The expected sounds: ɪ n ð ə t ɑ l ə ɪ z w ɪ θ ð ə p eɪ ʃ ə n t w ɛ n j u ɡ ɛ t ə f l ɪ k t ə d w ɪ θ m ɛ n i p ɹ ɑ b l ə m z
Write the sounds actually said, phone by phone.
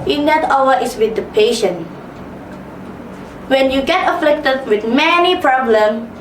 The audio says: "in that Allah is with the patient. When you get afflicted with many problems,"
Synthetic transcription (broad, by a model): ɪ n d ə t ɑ w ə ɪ s w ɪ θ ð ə p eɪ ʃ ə n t w ɛ n j u ɡ ɛ t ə f l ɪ k t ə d w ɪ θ m ɛ n i p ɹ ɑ b l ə m